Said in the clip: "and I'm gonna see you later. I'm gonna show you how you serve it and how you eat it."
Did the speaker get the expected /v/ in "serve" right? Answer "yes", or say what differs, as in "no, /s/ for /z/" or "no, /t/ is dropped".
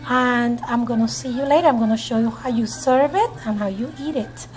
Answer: yes